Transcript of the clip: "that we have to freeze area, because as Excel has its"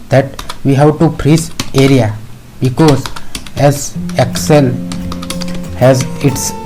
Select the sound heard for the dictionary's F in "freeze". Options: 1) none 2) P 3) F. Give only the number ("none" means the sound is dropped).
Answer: 2